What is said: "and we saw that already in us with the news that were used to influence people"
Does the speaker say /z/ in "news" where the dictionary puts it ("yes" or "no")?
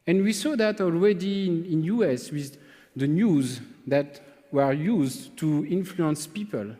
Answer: yes